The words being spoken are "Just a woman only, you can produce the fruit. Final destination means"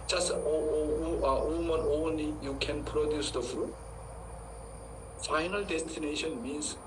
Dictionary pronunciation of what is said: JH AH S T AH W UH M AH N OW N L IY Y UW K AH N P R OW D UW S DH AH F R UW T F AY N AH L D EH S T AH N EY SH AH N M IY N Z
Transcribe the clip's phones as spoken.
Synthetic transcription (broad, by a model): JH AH S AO AH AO M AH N OW N L IY Y UW K AH N P R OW D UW S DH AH F R UW T F AY N AH L D EH S T AH N EY SH AH N M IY N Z